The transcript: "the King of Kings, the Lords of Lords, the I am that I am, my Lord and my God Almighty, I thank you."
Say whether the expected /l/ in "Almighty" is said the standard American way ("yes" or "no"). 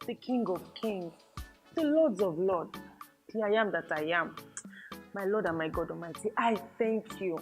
no